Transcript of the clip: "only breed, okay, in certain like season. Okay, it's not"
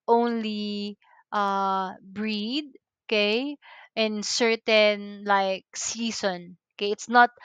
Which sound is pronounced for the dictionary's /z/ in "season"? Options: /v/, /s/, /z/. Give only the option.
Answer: /s/